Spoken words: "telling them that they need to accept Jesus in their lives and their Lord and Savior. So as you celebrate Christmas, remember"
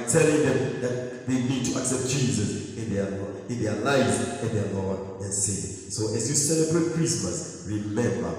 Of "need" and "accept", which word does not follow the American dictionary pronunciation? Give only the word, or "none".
none